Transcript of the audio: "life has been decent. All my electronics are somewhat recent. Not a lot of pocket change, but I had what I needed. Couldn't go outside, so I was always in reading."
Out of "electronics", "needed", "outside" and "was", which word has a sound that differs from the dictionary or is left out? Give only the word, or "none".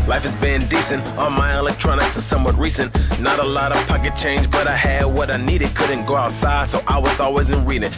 none